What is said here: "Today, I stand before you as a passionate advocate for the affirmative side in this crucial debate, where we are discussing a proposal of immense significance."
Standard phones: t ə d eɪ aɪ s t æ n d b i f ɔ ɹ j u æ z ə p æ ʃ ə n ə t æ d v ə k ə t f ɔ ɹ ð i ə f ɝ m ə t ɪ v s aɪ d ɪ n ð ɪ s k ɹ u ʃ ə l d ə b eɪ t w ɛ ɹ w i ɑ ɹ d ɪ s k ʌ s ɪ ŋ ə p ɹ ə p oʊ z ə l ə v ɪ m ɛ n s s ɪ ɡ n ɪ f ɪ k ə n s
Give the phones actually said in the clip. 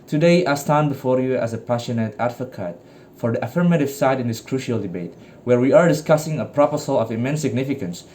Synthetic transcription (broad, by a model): t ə d eɪ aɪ s t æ n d b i f ɔ ɹ j u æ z ə p æ ʃ ə n ə t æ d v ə k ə t f ɔ ɹ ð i ə f ɝ m ə t ɪ v s aɪ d ɪ n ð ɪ s k ɹ u ʃ ə l d ə b eɪ t w ɛ ɹ w i ɑ ɹ d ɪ s k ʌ s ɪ ŋ ə p ɹ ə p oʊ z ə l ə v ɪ m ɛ n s s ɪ ɡ n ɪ f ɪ k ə n s